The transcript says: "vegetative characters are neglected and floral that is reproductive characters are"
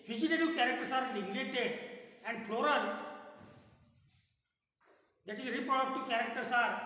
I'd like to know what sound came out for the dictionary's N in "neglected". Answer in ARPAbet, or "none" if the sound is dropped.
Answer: L